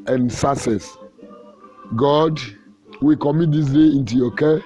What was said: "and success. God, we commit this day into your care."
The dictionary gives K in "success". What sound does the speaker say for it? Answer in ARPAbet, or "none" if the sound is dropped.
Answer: none